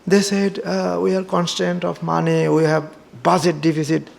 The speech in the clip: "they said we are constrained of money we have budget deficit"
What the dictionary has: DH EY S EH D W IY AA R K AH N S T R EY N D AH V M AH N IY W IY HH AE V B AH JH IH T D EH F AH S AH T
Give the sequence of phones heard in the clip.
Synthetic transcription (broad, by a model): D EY S EH D W IY AA R K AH N S T EY N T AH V M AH N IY W IY HH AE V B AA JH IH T D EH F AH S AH T